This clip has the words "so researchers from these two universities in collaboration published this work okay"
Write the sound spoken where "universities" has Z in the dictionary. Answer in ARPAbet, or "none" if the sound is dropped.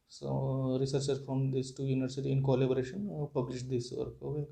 none